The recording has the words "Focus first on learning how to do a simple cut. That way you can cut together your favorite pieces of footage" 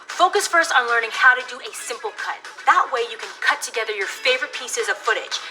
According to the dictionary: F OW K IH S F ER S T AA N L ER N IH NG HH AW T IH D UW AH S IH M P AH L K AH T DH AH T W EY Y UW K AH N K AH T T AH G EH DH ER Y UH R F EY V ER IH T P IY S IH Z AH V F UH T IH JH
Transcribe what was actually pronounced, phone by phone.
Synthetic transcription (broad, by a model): F OW K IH S F ER S T N L ER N IH NG HH AW T IH D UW AH S IH M P L K AH T DH AH T W EY Y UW K AH N K AH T T AH G EH DH ER Y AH R F EY V ER IH T P IY S IH Z AH V F UH T IH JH